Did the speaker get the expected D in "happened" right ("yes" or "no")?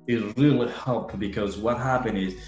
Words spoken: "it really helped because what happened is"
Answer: no